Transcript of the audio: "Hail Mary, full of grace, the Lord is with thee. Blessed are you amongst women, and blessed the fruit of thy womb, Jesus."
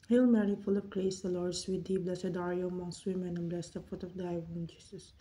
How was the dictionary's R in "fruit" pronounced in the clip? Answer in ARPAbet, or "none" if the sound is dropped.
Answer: none